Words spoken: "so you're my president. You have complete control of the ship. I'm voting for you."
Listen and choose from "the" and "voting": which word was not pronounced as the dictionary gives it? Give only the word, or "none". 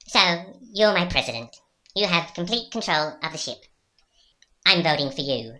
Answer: none